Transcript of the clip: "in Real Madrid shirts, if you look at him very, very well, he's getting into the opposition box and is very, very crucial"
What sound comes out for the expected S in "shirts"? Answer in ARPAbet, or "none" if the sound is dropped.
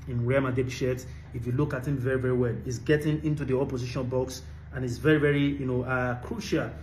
none